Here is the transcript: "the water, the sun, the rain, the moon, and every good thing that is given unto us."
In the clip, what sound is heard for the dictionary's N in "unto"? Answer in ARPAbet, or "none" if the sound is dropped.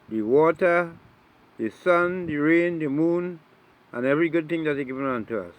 N